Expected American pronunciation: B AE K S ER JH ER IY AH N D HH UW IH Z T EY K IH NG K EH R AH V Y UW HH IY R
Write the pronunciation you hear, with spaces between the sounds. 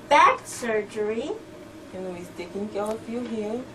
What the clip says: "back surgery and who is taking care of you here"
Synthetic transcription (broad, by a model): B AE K S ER JH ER IY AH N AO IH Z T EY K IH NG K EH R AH F Y UW HH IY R